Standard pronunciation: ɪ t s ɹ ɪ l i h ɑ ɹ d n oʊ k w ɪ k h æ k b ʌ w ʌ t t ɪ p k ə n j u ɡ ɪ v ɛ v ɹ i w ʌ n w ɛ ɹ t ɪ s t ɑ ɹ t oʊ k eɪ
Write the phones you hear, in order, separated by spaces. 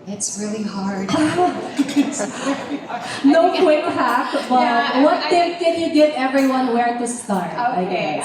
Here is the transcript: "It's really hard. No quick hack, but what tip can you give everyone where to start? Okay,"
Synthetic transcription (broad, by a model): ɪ t s ɹ ɪ l i h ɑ ɹ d n oʊ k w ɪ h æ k b ʌ w ʌ t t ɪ k ə n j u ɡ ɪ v ɛ v ɹ i w ʌ n w ɛ ɹ t ɪ s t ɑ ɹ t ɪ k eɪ